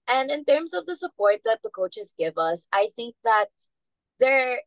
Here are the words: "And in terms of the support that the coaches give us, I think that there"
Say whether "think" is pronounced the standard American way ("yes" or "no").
yes